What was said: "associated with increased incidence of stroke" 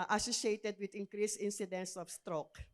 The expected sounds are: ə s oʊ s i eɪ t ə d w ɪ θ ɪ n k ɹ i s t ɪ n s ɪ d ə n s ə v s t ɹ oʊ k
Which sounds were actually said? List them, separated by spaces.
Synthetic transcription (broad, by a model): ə s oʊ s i eɪ t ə d w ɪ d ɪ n k ɹ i s ɪ n s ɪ d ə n s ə f s t ɹ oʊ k